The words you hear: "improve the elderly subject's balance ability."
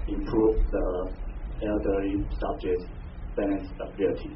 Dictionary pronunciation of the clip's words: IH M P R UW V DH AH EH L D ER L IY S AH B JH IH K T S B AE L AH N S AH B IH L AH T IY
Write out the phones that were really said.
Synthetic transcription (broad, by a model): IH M P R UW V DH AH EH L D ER IY S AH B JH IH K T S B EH N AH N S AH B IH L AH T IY